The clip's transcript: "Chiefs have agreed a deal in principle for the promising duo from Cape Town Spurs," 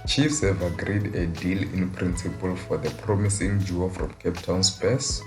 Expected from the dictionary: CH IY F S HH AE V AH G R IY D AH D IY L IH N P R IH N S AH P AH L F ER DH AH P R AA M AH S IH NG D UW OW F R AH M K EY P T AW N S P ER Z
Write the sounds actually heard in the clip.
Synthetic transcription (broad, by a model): CH IY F S HH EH V AH G R IY D AH D IY L IH N P R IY N S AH P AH L F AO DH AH P R AA M AH S IH NG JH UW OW F R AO M K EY P T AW N S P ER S